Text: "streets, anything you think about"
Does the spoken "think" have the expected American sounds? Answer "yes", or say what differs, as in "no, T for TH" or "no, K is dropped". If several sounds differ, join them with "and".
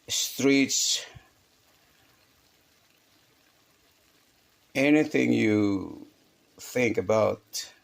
yes